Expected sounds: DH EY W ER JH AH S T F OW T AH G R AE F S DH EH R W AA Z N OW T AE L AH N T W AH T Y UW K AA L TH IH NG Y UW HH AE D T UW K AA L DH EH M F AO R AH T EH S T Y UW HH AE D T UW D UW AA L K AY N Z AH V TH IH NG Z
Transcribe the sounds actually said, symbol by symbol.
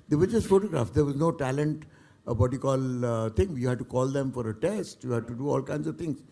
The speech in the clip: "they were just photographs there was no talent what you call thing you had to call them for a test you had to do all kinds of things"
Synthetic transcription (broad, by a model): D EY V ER JH AH S T F OW T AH G R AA F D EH R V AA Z N OW T AE L AH N T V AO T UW K AA L T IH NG Y UW HH AE D T UW K AA L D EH M F AO R AH T EH S T Y UW HH AE D T UW D UW AA L K AY N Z AH V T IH NG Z